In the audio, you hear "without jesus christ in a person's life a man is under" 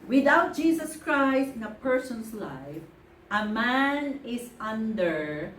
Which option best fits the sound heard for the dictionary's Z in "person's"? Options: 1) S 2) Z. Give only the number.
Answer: 1